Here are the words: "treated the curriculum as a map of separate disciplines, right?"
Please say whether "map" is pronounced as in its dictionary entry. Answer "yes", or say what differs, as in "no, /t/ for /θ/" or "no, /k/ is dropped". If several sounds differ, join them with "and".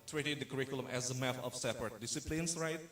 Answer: no, /f/ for /p/